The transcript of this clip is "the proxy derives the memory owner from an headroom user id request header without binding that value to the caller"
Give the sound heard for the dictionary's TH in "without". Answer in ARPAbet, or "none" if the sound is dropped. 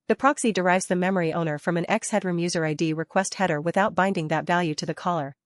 TH